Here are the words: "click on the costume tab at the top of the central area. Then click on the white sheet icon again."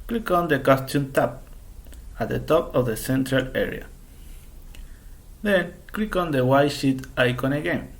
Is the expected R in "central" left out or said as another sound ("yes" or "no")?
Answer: no